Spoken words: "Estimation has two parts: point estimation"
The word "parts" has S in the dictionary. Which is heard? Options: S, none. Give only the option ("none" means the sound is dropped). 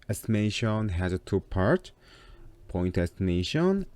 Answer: none